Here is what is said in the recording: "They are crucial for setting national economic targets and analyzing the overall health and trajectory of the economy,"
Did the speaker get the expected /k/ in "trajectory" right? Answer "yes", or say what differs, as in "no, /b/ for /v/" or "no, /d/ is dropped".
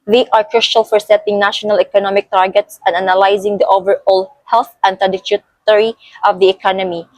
no, /k/ is dropped